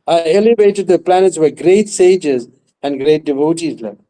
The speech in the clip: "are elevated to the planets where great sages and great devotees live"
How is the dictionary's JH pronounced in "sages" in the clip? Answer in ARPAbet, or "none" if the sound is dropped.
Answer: JH